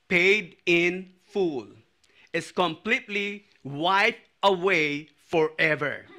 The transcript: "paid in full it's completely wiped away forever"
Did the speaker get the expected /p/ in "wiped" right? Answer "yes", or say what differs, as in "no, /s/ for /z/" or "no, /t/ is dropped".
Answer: no, /p/ is dropped